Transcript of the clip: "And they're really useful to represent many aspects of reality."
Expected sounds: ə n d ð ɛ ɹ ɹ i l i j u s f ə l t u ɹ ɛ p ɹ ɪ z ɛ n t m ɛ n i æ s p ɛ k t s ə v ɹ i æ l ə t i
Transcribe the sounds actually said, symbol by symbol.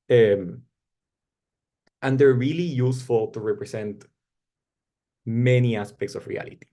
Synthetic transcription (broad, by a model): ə n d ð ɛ ɹ ɹ i l i j u s f ə l t u ɹ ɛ p ɹ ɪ s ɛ n t m ɛ n i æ s p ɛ k t s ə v ɹ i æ l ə t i